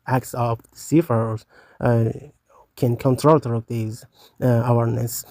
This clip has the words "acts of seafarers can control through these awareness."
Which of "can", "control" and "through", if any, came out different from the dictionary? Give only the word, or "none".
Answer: through